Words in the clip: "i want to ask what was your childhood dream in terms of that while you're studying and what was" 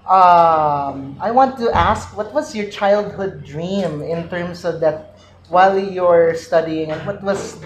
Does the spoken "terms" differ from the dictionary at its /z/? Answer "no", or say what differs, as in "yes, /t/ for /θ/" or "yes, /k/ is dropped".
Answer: yes, /s/ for /z/